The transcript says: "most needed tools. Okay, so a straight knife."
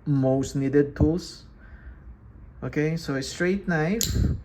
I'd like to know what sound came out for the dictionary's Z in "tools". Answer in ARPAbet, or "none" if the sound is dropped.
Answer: S